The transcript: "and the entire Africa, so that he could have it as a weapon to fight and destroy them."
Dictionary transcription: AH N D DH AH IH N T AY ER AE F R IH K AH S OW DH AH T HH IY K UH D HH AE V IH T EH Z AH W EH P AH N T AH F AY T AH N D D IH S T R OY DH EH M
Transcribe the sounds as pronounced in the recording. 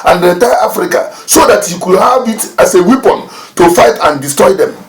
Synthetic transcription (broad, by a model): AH N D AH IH T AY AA F R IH K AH S OW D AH T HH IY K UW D HH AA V IH T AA S AH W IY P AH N T AH F AY T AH N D D IH S T R OY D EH M